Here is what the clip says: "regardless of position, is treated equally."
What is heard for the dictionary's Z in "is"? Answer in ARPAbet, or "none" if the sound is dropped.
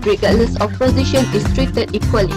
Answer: S